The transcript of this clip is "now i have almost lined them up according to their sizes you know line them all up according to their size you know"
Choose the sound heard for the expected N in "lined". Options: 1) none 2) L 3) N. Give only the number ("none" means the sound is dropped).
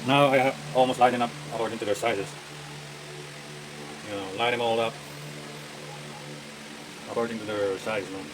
1